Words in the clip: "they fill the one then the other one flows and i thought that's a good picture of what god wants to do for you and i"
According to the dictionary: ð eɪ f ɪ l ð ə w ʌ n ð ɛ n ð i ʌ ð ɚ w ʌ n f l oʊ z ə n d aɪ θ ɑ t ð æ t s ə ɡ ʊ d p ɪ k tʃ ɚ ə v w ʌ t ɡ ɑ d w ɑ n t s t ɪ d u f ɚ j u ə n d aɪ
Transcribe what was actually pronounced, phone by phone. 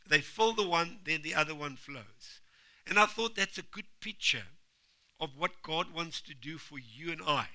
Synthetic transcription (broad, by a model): ð eɪ f ɪ l ð ə w ʌ n ð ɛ n ð i ʌ ð ɚ w ʌ n f l oʊ z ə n aɪ θ ɑ t ð æ t s ə ɡ ʊ d p ɪ k tʃ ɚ ə v w ʌ t ɡ ɑ d w ɑ n t s t ɪ d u f ɚ j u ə n aɪ